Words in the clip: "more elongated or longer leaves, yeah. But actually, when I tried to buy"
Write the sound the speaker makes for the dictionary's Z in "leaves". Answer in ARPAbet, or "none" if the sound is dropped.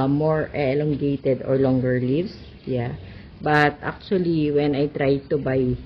S